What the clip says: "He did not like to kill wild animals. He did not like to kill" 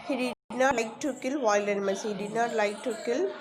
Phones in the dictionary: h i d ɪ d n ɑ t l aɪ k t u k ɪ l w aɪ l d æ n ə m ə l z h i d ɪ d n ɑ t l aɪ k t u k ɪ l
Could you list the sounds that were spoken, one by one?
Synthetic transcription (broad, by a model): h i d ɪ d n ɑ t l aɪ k t u k ɪ l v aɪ l ʌ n m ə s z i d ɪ n ɑ t l aɪ k t u k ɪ l